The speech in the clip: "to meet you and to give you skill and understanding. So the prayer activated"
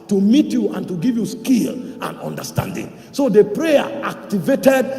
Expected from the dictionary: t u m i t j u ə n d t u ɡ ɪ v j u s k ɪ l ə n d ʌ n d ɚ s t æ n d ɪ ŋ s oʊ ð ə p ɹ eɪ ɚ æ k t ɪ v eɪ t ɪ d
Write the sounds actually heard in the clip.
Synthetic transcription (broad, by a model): t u m i t j u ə n t u ɡ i v j u s k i l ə n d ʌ n d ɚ s t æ n d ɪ ŋ s oʊ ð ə p ɹ eɪ ɚ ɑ k t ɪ v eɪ t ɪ d